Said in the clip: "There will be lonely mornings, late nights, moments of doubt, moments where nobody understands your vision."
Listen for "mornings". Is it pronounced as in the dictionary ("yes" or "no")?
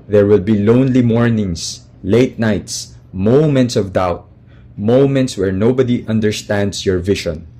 no